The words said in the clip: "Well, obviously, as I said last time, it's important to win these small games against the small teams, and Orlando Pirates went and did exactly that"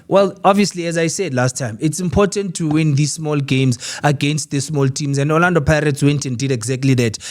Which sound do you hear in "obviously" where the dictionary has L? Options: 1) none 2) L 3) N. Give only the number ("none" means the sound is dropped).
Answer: 2